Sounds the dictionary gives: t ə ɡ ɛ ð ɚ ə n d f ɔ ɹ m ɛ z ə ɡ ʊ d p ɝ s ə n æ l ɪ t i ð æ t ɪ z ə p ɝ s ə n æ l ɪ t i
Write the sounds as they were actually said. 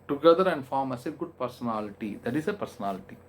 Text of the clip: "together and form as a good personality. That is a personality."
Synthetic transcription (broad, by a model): t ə ɡ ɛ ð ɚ ə n d f ɔ ɹ m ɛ s ə ɡ ʊ d p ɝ s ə n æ l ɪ t i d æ t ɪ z ə p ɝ s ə n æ l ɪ t i